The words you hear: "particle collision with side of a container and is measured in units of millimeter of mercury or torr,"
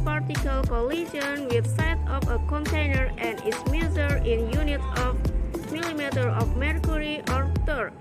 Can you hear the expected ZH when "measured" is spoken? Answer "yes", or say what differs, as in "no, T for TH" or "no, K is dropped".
no, Z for ZH